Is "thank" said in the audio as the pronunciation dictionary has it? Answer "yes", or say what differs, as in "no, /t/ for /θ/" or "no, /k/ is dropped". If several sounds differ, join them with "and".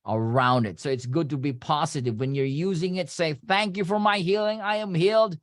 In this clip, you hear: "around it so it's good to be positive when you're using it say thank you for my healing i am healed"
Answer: yes